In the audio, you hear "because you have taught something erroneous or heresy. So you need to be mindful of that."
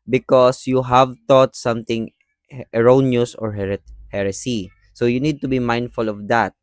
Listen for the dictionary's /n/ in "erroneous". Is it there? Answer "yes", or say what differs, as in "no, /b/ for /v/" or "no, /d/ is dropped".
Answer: yes